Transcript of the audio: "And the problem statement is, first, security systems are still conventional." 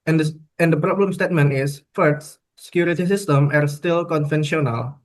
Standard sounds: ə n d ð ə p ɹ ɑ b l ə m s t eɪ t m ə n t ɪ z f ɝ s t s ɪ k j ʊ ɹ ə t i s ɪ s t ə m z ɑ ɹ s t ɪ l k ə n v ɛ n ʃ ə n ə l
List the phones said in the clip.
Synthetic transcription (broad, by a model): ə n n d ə p ɹ ɑ b l ə m s t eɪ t m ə n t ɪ s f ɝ t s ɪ k j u ɹ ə t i s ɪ s t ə m ɑ ɹ s t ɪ l k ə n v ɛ n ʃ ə n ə l